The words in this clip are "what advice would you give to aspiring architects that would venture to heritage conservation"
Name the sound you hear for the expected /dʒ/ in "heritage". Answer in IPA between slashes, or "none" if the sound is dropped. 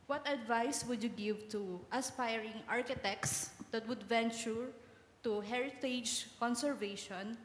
/dʒ/